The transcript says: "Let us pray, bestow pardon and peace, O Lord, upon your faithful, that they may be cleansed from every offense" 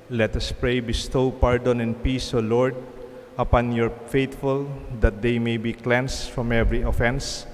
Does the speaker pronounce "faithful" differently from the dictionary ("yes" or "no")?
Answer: yes